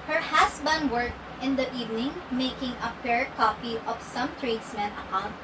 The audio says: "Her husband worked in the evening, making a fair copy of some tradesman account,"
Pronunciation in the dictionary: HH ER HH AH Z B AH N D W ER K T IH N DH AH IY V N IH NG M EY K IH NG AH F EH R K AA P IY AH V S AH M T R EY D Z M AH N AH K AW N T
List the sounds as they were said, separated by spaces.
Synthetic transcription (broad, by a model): HH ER HH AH S B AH N D W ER K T IH N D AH IY V N IH NG M EY K IH NG AH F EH R K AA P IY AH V S AH M T R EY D S M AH N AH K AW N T